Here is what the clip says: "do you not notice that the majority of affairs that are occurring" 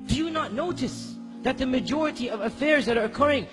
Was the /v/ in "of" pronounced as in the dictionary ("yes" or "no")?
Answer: yes